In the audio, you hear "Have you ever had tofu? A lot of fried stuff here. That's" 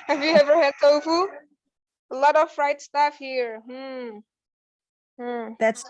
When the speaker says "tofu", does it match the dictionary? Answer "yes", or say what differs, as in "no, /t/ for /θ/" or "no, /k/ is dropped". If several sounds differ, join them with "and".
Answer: no, /s/ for /t/